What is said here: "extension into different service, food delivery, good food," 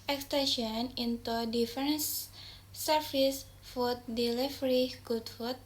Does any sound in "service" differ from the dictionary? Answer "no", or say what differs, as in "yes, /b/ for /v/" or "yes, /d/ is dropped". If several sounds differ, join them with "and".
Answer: yes, /f/ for /v/